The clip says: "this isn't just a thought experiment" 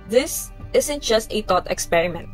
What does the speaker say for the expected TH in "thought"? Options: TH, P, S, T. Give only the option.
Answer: T